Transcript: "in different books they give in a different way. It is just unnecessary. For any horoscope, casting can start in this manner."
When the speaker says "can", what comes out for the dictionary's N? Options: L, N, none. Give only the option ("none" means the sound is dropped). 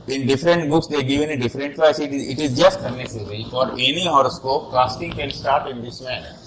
L